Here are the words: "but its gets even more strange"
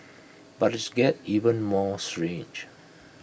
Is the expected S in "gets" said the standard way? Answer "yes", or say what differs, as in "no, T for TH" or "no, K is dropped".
no, S is dropped